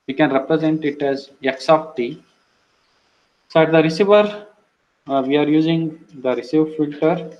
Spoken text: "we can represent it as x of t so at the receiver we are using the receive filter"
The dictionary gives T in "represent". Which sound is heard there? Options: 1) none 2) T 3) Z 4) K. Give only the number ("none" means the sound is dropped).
2